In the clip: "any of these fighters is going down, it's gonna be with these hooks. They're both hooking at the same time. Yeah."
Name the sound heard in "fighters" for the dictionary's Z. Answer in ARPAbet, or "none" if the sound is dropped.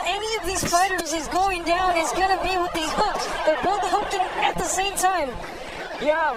Z